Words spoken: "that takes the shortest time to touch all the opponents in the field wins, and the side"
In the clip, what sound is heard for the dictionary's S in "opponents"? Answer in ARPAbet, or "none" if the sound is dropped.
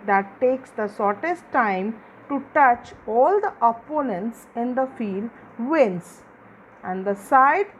S